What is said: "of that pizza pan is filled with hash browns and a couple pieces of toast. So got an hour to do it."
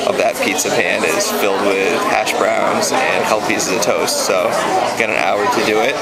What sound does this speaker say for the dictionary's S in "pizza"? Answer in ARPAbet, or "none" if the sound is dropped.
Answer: S